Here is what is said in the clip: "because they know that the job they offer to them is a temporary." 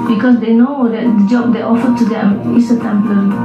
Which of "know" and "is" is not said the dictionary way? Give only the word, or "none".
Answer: is